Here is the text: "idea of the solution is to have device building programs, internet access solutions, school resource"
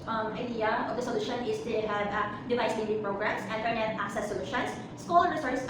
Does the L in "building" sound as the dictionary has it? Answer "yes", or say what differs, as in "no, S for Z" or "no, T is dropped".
no, N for L